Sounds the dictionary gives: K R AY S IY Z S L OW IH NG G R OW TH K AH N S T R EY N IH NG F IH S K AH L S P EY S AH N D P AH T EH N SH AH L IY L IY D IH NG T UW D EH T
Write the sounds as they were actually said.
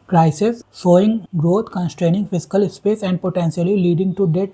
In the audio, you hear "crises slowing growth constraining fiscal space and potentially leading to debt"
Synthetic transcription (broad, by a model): K R AY S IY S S OW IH NG G R OW T K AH N S T R EY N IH NG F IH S K AH L S P EY S AH N D P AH T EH N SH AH L IY L IY D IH NG T UW D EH T